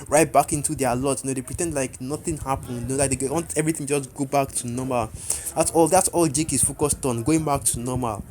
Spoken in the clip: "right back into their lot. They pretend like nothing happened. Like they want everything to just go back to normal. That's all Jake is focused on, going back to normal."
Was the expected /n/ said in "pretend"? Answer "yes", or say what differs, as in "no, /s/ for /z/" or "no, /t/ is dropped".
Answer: yes